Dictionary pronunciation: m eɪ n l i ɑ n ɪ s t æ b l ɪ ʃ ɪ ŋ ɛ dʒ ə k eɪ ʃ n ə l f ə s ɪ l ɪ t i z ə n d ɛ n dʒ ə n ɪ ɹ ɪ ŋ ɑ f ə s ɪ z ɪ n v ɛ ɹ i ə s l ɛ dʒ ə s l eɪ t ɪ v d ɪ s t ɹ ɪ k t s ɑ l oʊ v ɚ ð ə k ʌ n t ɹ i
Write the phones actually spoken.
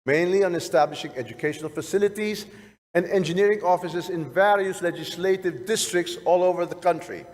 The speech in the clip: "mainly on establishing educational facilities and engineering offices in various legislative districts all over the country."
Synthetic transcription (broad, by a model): m eɪ n l i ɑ n ɪ s t æ b l ɪ ʃ ɪ ŋ ɛ dʒ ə k eɪ ʃ n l f ə s ɪ l ɪ t i z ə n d ɛ n dʒ ə n ɪ ɹ ɪ ŋ ɑ f ə s ɪ z ɪ n v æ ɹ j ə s l ɛ dʒ ə s l eɪ t ɪ v d ɪ s t ɹ ɪ k t s ɑ l oʊ v ɚ ð ə k ʌ n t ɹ i